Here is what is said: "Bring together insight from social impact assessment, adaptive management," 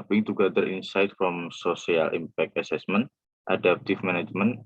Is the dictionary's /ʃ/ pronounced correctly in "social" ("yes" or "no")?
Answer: no